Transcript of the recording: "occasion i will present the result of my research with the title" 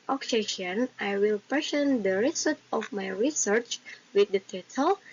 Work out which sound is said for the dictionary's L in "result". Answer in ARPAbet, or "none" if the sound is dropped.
none